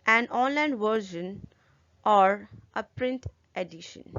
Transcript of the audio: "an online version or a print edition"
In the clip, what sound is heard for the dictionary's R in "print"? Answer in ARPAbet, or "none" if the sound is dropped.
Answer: R